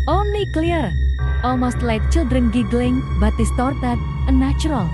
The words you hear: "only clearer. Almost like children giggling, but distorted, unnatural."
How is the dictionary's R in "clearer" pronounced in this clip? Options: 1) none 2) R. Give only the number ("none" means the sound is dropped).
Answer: 1